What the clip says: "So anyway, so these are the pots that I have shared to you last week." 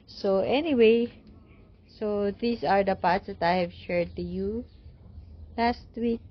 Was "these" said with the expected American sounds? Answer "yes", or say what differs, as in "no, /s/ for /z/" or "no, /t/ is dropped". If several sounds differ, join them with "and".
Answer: no, /s/ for /z/